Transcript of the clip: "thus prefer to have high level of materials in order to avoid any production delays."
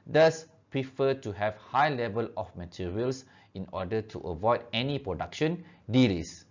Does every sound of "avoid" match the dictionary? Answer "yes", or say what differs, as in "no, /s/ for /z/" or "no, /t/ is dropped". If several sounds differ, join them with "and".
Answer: yes